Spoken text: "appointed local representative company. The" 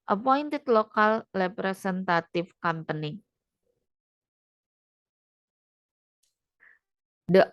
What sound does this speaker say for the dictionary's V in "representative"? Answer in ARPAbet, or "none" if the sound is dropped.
F